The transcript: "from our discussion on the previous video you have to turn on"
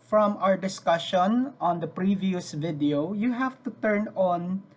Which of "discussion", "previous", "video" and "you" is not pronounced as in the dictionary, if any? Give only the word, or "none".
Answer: none